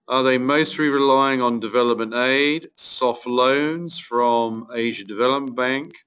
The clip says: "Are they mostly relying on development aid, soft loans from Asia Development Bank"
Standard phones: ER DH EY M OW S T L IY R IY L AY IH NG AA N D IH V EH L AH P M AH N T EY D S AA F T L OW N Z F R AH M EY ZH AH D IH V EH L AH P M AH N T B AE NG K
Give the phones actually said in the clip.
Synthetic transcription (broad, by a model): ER DH EY M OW S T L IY R IY L AY IH NG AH N D IH V EH L AH P M AH N T EY D S AA F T L OW N Z F R AH M EY ZH AH D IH V EH L AH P M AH N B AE NG K